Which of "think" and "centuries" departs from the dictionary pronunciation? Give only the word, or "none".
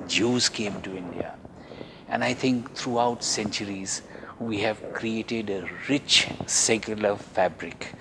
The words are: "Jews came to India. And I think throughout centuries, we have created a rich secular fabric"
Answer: think